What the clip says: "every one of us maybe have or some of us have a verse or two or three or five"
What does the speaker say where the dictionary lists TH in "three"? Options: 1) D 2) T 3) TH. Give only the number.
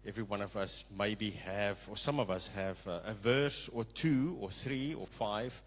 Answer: 3